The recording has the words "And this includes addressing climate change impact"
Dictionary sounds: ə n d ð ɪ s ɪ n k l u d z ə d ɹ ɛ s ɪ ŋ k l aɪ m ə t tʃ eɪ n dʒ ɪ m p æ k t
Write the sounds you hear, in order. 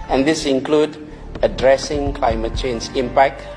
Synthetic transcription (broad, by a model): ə n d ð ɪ s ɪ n k l u d ə d ɹ ɛ s ɪ ŋ k l aɪ m ə t tʃ eɪ n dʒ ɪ m p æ k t